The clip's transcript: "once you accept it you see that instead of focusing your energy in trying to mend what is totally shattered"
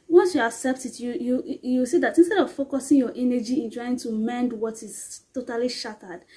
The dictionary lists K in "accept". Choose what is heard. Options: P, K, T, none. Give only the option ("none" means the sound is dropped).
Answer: K